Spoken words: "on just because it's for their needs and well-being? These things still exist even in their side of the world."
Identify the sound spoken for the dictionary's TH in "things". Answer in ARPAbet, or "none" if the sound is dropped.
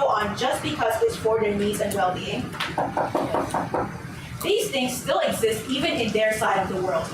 TH